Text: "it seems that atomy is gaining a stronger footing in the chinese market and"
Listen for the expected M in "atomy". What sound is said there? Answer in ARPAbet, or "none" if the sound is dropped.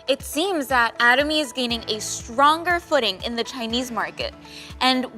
M